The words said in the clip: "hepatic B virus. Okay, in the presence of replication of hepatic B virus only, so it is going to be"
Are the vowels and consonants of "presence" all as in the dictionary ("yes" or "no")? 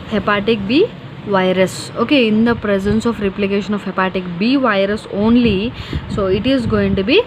yes